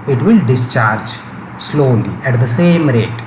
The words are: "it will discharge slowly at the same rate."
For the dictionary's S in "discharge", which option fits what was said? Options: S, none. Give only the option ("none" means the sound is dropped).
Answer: S